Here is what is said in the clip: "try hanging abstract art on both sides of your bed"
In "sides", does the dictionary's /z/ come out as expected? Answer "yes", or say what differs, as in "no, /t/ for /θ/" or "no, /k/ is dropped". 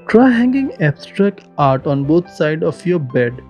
no, /z/ is dropped